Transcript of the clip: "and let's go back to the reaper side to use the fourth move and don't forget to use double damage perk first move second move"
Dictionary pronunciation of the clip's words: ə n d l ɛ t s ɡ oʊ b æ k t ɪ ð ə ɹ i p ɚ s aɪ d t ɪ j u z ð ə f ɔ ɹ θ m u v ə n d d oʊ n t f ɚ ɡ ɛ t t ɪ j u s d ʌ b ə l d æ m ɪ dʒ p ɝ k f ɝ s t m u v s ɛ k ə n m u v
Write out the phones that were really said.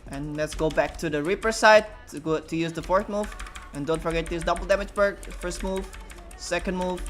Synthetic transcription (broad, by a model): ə n l ɛ t s ɡ oʊ b æ k t ɪ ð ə ɹ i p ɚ s aɪ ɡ t ɪ j u z ð ə f ɔ ɹ θ m u v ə n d d oʊ n t f ɚ ɡ ɛ t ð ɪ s d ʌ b l d æ m ɪ dʒ b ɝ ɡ f ɝ s t m u v s ɛ k ə n m u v